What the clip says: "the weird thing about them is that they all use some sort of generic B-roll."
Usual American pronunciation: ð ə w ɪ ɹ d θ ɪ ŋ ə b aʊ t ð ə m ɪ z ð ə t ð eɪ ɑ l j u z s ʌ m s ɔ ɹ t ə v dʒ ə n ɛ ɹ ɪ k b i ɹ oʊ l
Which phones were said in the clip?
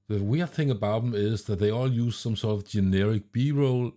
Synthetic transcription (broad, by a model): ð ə w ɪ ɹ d θ ɪ ŋ ə b aʊ t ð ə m ɪ z ð ə t ð eɪ ɑ l j u z s ʌ m s ɔ ɹ t ə v dʒ ə n ɛ ɹ ɪ k b i ɹ oʊ l